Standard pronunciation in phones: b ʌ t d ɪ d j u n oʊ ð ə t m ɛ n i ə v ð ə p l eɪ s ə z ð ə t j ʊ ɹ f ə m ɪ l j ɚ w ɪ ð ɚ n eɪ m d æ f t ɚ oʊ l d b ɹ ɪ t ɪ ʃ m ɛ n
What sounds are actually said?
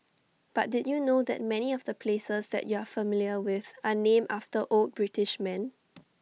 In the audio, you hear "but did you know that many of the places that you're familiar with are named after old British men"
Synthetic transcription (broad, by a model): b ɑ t d ɪ d j u n oʊ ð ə t m ɛ n i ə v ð ə p l eɪ s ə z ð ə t j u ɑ f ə m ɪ l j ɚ w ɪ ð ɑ n eɪ m ɑ f t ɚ oʊ l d b ɹ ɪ t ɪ ʃ m ɛ n